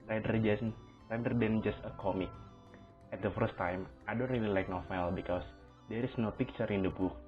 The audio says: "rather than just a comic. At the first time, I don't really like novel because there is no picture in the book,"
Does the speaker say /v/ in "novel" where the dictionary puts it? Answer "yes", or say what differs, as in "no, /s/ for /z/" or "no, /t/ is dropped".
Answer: no, /f/ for /v/